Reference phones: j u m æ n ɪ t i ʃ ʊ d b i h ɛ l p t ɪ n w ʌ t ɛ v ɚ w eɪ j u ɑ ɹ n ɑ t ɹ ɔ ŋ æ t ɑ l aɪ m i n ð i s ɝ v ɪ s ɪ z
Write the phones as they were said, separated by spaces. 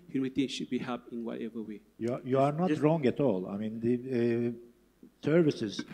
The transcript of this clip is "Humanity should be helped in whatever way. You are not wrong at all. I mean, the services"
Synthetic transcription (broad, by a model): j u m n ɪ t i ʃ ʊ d b i h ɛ p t ɪ n w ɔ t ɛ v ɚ w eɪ j u ɑ ɹ n ɑ t ɹ ɔ ŋ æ t ɑ l aɪ m i n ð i s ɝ v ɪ s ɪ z